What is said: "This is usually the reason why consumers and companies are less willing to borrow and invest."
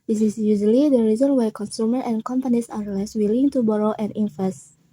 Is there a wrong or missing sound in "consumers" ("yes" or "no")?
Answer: yes